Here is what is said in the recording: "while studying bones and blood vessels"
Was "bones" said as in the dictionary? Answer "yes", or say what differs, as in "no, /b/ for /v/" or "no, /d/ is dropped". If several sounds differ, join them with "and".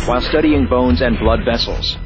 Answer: yes